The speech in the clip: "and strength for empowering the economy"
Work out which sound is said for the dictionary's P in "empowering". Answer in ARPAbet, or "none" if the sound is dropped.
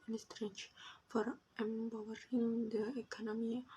B